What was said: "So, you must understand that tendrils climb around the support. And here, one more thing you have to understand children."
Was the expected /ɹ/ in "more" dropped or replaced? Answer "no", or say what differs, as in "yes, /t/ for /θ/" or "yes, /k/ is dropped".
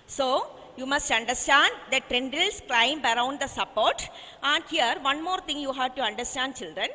no